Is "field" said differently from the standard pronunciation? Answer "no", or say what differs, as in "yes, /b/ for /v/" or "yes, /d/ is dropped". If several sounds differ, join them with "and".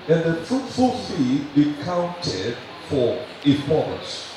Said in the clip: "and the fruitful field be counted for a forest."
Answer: yes, /l/ is dropped